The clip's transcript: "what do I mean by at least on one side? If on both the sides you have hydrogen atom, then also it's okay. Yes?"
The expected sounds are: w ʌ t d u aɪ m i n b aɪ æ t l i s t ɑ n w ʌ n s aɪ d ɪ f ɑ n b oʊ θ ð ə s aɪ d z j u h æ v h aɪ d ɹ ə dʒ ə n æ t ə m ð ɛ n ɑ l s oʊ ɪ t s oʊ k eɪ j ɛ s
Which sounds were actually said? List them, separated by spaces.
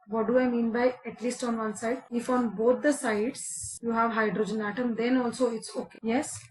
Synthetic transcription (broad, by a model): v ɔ t d u aɪ m i n b aɪ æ t l i s t ɑ n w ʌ n s aɪ d ɪ f ɑ n b oʊ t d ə s aɪ d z j u h æ v h aɪ d ɹ ə dʒ ə n æ t ə m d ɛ n ɑ l s oʊ ɪ t s oʊ k eɪ j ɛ s